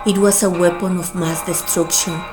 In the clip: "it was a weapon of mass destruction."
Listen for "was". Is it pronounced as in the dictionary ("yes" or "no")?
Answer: no